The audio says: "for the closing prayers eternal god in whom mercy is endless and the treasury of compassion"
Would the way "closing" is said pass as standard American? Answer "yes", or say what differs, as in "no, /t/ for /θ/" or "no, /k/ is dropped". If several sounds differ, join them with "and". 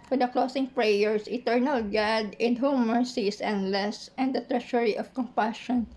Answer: no, /s/ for /z/